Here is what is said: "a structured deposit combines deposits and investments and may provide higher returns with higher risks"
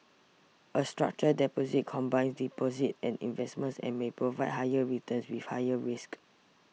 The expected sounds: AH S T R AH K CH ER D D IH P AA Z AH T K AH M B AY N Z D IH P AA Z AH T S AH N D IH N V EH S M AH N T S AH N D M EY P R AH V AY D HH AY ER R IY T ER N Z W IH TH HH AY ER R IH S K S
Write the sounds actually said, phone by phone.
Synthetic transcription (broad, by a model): AH S T R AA K CH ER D D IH P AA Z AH T K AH M B AY N S D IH P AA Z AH T AH N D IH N V EH S M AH N S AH N M EY P R AH V AY D HH AY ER R IY T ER N S W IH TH HH AY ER R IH S K